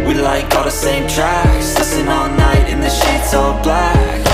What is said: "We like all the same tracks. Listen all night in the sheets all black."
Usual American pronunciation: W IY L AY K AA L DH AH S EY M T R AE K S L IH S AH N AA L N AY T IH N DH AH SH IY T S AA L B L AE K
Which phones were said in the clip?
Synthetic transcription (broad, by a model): W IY L AY K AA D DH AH S EY M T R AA S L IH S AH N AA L N AY T IH N DH AH SH IY T S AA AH B L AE K